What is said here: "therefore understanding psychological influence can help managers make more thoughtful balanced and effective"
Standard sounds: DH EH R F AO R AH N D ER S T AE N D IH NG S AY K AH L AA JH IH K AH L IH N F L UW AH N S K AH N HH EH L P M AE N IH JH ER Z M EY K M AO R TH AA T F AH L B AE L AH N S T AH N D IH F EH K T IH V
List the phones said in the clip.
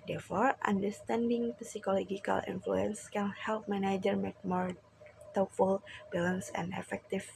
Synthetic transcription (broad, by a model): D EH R F AO R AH N D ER S T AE N D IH NG S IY K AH L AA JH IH K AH L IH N F L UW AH N S K AH N HH EH L P M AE N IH JH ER M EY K M AO R T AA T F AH L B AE L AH N S AH N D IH F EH K T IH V